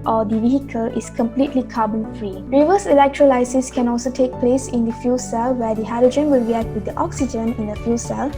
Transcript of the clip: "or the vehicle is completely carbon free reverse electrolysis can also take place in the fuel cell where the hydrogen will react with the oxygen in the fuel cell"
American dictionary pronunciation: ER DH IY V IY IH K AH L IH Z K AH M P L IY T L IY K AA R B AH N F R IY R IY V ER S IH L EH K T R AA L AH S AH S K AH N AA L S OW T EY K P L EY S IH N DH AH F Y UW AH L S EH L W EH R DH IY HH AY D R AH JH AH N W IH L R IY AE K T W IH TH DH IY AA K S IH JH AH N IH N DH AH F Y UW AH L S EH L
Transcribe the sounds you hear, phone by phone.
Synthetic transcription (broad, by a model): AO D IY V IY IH K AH L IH S K AH M P L IY T L IY K AA B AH N F R IY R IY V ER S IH L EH K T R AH L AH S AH S K AH N AA L S OW T EY K P L EY S IH N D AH F Y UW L S EH L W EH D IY HH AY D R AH JH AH N W IH L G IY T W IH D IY AA K S IH JH AH N IH N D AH F Y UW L S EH L